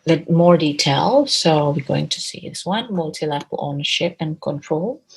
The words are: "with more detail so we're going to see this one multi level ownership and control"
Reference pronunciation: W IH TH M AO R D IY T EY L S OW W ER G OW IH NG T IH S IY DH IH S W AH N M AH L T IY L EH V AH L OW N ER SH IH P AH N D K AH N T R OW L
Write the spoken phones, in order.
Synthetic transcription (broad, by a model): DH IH M AO R D IY T EY L S OW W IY G OW IH NG T IH S IY DH IH S W AH N M AH L T IY L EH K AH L OW N ER SH IH P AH N K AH N T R OW L